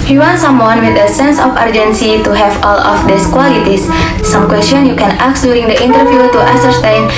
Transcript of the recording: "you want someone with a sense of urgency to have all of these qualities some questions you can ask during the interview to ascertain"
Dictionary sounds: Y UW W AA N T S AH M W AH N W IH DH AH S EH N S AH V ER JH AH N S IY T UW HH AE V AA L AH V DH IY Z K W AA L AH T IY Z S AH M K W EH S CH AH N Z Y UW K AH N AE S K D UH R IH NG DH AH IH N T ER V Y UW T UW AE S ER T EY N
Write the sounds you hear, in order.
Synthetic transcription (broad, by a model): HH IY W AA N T S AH M W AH N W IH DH AH S EH N S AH F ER JH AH N S IY T UW HH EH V AA L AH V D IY S K W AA L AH T IY S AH M K W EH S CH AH N Y UW K AH N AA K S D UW R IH NG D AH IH N T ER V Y UW T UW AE S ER T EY N